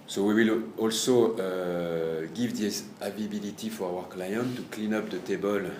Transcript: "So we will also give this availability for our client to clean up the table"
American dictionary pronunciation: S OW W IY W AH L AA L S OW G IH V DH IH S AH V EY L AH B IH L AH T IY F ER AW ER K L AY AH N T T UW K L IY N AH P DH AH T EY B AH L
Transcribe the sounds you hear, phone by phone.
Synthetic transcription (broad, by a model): S OW W IY W AH L AA L S OW G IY V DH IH AH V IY AH B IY L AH T IY F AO AW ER K L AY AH N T T UW K L IY N AH P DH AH T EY B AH L